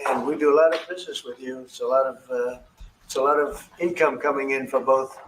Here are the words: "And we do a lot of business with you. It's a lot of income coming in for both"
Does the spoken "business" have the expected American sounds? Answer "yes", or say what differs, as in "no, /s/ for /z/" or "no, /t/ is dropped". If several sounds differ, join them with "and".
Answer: yes